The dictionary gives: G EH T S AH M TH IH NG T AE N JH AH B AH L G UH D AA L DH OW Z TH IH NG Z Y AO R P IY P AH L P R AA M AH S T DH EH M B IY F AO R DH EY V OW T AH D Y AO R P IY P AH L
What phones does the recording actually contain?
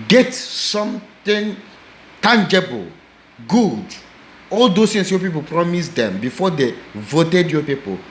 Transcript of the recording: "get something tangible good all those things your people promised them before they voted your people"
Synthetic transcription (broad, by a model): G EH T S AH M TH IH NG T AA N JH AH B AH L G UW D AA L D OW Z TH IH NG S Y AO P IY P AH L P R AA M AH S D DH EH M B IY F AO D EY V OW T AH D Y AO P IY P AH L